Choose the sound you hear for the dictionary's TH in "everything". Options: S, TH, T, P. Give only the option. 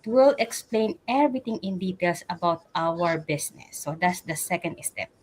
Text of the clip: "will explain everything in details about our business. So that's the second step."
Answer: T